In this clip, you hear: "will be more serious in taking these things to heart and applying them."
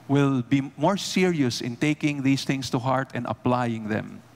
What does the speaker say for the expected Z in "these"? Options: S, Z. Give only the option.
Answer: S